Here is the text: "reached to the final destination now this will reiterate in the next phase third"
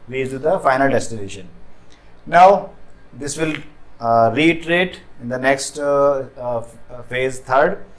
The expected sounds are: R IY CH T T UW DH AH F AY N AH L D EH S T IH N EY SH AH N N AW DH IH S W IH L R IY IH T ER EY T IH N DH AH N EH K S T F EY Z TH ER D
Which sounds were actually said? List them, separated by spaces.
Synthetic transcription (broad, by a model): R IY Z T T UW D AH F AY N AH L D EH S T IH N EY SH AH N N AW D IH S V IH L R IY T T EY T IH N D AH N EH K S T F EY Z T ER D